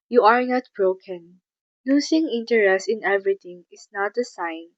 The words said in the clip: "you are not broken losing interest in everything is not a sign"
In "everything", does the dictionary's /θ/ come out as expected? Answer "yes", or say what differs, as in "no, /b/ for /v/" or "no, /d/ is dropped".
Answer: no, /t/ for /θ/